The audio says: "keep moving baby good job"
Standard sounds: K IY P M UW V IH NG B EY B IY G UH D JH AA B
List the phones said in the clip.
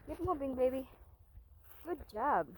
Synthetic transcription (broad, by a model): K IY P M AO B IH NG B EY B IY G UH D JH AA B